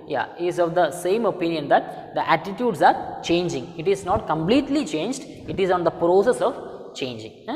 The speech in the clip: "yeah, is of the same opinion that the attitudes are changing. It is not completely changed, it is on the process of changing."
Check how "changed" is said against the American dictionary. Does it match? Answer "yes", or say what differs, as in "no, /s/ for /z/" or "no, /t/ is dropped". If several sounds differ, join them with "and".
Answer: yes